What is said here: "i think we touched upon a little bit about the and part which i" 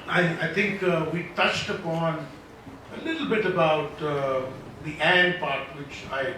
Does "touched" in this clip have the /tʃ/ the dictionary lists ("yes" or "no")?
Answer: yes